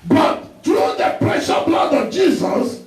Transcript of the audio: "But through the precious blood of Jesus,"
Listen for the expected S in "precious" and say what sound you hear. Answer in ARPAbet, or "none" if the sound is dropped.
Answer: none